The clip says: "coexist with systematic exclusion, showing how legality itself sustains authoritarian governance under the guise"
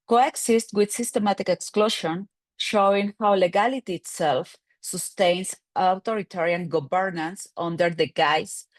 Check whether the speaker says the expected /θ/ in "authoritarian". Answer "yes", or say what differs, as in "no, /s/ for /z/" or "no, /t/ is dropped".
no, /t/ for /θ/